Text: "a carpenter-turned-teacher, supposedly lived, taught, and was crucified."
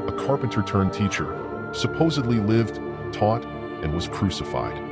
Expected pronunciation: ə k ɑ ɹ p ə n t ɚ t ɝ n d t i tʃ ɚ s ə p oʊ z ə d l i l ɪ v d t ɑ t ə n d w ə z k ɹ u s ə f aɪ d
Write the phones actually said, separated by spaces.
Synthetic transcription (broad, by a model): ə k ɑ ɹ p ə n t ɚ t ɝ n t i tʃ ɚ s ə p oʊ z ə d l i l ɪ v d t ɑ t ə n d w ə z k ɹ u s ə f aɪ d